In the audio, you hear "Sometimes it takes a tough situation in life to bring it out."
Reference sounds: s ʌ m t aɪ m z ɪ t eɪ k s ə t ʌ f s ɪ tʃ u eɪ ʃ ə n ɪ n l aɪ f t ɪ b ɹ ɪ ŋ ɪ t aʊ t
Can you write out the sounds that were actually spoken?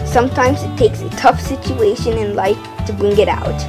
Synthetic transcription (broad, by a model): s ʌ m t aɪ m z ɪ t eɪ k s ə t ʌ f s ɪ tʃ u eɪ ʃ ə n ɪ n l aɪ f t ɪ b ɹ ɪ ŋ ɪ t aʊ t